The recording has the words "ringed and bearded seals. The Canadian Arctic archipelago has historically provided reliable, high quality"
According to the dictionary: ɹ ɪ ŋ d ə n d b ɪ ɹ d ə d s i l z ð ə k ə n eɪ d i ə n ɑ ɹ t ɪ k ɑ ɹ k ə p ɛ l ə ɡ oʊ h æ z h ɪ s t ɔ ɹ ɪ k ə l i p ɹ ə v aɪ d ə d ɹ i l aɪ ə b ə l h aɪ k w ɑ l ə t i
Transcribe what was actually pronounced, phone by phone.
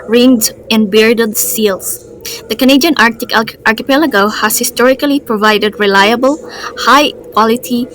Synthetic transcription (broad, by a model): ɹ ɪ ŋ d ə n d b ɪ ɹ d ə d s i l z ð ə k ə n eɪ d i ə n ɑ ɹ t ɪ k ɑ ɹ k ə p ɛ l ə ɡ oʊ h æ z h ɪ s t ɔ ɹ ɪ k ə l i p ɹ ə v aɪ d ə d ɹ i l aɪ ə b ə l h aɪ k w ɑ l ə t i